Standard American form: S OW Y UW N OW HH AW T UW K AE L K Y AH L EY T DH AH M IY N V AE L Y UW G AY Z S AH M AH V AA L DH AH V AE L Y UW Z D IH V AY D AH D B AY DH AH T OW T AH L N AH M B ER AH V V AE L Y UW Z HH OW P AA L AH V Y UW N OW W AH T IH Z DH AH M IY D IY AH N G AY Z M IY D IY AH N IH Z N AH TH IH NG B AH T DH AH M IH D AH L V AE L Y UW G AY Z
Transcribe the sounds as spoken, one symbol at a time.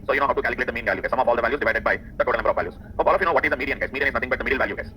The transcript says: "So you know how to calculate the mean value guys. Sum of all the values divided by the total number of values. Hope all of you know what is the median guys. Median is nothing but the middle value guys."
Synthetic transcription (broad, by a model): S OW Y UW N OW HH AW T UW K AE L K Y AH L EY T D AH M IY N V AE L Y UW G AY S AH M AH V AA L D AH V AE L Y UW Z D IH V AY D AH D B AY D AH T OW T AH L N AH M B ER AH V V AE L Y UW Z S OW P AA L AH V Y UW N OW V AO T IH Z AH M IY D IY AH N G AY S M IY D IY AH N IH Z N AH T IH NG B AH T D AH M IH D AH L V AE L Y UW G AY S